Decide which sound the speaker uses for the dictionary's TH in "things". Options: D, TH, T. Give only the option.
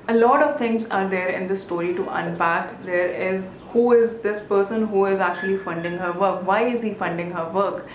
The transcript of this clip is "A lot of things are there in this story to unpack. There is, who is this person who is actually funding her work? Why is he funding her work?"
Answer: T